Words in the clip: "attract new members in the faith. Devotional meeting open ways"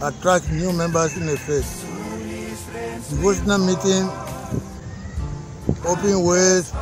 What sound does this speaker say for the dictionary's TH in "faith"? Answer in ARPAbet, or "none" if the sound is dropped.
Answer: S